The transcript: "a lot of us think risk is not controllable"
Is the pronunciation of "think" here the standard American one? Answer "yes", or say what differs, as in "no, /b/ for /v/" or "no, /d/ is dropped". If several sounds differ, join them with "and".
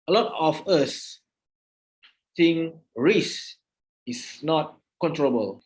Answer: no, /s/ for /θ/